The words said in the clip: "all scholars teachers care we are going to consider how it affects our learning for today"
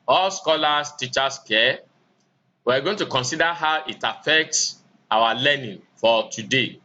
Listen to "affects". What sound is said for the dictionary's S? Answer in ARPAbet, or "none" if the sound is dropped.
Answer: S